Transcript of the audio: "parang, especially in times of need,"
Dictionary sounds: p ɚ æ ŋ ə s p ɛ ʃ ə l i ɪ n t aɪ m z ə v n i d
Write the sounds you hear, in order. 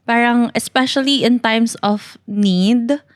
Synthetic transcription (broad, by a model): p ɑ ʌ ŋ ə s p ɛ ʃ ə l i ɪ n t aɪ m s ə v n i d